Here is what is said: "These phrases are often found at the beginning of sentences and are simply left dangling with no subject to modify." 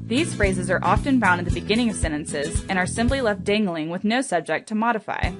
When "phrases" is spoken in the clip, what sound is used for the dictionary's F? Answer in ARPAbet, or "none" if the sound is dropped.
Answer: F